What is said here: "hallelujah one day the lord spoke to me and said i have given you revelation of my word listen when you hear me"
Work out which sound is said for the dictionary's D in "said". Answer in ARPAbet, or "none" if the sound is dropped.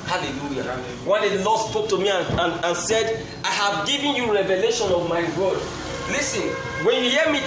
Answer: D